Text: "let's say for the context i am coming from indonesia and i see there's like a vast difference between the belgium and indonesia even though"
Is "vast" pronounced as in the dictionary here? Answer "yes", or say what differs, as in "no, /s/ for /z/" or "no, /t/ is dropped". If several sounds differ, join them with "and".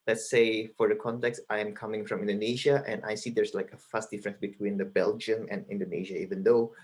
no, /f/ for /v/